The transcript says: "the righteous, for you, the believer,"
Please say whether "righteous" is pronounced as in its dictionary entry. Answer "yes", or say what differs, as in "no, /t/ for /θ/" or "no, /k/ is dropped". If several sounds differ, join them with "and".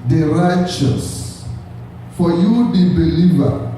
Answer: yes